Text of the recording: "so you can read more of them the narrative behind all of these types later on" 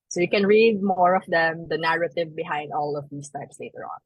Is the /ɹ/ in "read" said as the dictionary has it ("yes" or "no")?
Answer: yes